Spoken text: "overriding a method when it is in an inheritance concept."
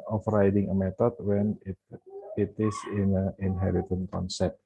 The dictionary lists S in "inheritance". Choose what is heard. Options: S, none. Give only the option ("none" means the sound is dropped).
none